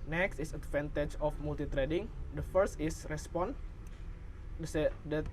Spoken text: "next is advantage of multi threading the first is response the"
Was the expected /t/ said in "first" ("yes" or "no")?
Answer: yes